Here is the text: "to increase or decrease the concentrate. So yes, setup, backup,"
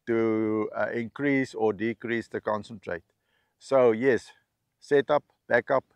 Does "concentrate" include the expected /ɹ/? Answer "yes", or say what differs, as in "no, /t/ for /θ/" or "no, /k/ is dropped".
yes